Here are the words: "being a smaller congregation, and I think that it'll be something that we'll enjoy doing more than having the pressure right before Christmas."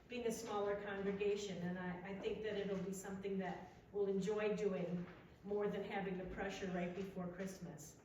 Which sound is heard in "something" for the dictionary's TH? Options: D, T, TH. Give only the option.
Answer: TH